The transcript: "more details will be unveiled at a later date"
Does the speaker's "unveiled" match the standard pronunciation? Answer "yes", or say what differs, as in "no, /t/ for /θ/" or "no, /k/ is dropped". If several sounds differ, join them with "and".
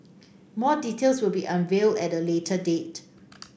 yes